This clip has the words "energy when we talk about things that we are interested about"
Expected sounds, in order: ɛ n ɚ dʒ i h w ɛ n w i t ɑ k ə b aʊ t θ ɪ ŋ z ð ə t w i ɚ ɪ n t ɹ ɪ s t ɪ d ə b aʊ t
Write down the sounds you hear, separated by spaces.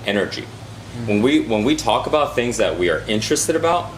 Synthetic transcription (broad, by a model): ɛ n ɚ dʒ i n w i n w i t ɑ k ə b aʊ t θ ɪ ŋ z ð ə t w i ɚ ɪ n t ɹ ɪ s t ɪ d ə b aʊ t